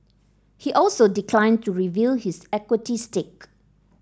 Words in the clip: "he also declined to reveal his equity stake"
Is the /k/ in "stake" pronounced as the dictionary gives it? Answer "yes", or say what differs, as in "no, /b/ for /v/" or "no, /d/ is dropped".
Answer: yes